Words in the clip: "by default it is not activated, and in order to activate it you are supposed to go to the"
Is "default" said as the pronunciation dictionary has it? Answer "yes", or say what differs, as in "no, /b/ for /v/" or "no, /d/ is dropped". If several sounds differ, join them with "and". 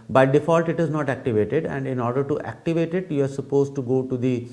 yes